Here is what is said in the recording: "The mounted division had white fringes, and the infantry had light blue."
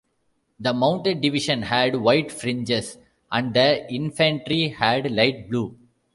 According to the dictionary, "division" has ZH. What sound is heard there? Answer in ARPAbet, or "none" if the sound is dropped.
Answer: SH